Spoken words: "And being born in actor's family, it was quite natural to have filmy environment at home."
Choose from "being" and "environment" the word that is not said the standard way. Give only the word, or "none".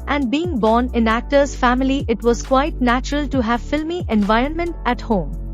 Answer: none